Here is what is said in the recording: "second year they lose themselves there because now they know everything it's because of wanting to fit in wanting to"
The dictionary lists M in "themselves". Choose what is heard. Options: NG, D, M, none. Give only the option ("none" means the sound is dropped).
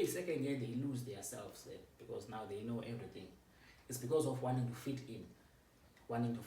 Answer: none